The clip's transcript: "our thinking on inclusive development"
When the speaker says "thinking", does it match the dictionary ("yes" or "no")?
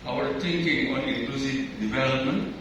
no